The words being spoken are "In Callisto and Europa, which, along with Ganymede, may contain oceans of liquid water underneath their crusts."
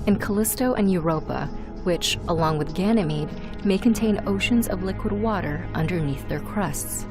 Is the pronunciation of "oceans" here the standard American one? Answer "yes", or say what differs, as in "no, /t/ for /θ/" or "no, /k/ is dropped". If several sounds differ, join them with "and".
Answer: yes